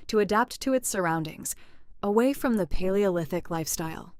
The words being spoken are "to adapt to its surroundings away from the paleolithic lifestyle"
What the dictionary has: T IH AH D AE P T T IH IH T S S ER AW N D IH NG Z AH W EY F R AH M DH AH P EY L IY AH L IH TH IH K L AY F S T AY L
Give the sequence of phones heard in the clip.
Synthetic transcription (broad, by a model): T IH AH D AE P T T IH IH T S S ER AW N D IH NG Z AH W EY F R AH M DH AH P EY L IY AH L IH TH IH K L AY F S T AY L